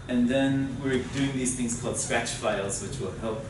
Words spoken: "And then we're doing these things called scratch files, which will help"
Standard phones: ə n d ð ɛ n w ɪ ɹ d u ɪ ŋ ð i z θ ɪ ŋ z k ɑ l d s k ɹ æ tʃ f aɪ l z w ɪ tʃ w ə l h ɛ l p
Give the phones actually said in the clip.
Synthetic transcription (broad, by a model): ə n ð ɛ n w ɪ ɹ d u ɪ ŋ ð i z θ ɪ ŋ z k ɑ l d s k ɹ æ tʃ f aɪ l z w ɪ tʃ w ə l h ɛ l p